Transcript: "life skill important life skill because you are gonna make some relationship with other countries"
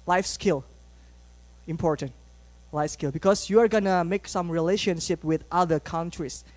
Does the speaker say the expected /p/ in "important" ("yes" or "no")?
yes